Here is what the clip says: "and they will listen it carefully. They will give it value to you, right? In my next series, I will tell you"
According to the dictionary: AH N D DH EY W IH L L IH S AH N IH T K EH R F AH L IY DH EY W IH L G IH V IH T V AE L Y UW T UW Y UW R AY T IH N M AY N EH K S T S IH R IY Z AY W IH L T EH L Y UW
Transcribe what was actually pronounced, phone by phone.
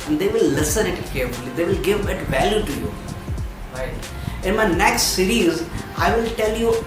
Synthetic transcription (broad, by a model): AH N D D EY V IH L L IH S AH N IH T K EH R F AH L IY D EY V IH L G IH V IH T V AE L Y UW T UW Y UW R AY T IH N M AY N EH K S T S IH R IY Z AY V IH L T EH L Y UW